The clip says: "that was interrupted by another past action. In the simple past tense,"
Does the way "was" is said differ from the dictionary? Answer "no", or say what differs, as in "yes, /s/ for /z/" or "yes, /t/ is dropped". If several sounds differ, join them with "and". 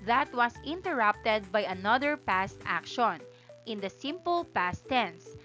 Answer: yes, /s/ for /z/